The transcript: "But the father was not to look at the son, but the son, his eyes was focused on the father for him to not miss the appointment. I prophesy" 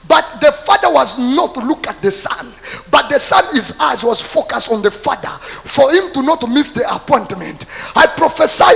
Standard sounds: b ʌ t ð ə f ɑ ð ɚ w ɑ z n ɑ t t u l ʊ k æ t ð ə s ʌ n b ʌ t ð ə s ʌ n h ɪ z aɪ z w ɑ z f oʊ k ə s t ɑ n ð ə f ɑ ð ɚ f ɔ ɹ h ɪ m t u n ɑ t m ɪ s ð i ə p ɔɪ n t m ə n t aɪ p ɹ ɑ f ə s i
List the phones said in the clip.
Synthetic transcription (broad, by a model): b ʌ t ð ə f ɑ ð ɚ w ɑ z n ɑ t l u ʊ k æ t ð ə s ʌ n b ʌ t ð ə s ʌ n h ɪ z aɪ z w ɑ z f oʊ k ə s t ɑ n ð ə f ɑ ð ɚ f ɔ ɹ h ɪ m t u n ɑ t m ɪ s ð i ə p ɔɪ n t m ə n t aɪ p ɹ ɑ f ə s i